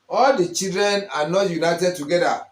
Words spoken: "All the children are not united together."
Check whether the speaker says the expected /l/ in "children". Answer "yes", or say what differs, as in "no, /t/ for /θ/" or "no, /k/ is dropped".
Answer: no, /l/ is dropped